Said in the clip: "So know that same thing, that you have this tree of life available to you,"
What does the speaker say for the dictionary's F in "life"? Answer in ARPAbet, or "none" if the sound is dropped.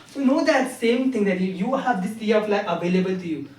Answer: none